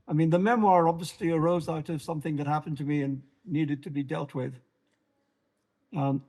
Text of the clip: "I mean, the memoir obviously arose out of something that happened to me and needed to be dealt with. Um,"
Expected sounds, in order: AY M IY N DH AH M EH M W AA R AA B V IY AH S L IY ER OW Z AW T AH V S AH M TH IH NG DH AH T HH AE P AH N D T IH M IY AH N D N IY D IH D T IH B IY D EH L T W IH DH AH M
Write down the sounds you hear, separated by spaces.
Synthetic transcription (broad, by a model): AY M IY N DH AH M EH M W AA R AA B V IY AH S L IY ER OW Z AW T AH V S AH M TH IH NG DH AH T HH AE P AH N T IH M IY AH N N IY D IH D T IH B IY D EH L T W IH DH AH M